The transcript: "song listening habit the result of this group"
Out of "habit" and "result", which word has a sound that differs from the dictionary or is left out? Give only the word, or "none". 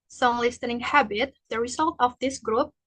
none